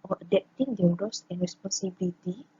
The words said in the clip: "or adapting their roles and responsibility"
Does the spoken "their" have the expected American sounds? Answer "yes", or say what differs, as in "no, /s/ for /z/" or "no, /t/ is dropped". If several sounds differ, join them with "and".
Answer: no, /w/ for /ɹ/